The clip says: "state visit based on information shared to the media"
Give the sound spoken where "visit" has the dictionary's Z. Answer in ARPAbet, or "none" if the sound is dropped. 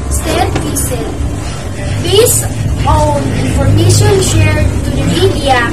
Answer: S